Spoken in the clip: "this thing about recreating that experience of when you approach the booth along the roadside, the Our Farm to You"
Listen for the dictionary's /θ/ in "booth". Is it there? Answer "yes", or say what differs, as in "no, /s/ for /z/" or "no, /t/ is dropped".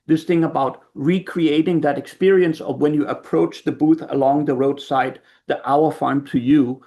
yes